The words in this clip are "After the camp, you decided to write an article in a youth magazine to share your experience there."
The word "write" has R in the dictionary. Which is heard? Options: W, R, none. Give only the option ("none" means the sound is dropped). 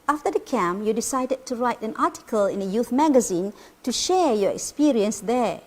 R